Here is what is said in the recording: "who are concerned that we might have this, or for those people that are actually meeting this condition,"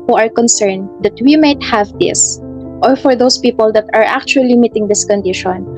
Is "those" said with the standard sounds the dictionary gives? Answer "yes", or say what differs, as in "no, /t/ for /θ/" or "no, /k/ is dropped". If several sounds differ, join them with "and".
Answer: no, /s/ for /z/